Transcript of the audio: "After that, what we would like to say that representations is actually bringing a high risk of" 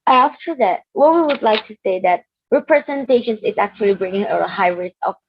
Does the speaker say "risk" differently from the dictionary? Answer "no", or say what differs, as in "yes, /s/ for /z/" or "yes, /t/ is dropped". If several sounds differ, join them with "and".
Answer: yes, /k/ is dropped